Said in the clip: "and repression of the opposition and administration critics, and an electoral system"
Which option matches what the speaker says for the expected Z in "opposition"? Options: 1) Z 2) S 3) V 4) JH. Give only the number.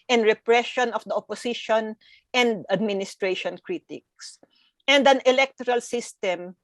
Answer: 2